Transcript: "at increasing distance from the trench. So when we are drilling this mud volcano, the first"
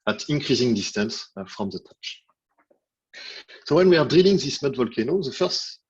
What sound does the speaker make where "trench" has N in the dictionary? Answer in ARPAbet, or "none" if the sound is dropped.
none